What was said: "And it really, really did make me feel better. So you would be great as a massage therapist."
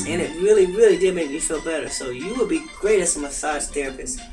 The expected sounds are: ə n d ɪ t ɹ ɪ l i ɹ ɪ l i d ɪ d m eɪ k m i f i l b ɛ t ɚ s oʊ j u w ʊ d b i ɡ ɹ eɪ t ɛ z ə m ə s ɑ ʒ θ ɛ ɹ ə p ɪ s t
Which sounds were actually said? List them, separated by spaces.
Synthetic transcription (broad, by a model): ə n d ɪ t ɹ ɪ l i ɹ ɪ l i d ɪ d m eɪ k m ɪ f i l b ɛ t ɚ s oʊ j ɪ w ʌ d b i ɡ ɹ eɪ t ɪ s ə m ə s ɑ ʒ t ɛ ɹ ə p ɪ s